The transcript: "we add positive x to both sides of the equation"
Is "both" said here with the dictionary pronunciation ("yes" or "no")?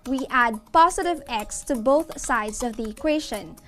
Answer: yes